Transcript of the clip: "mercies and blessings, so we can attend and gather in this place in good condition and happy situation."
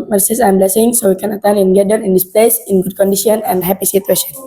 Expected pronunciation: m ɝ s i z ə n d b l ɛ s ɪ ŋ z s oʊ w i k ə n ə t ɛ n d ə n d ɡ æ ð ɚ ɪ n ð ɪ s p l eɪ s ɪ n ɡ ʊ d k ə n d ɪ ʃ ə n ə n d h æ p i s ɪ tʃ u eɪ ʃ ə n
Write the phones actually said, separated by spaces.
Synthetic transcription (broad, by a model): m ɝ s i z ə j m b l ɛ s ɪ ŋ s oʊ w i k ə n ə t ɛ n ə n ɡ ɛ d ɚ ɪ n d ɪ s p l eɪ s ɪ n ɡ ʊ d k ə n d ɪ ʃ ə n ə n d h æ p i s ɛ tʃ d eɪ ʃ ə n